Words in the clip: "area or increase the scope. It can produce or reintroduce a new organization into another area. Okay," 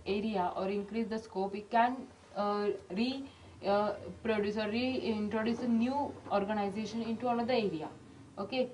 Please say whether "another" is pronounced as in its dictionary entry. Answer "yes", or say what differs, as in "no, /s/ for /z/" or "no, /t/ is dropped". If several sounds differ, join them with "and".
no, /l/ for /n/